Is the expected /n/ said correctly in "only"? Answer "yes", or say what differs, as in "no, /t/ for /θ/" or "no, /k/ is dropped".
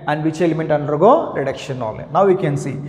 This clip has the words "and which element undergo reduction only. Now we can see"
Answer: no, /n/ is dropped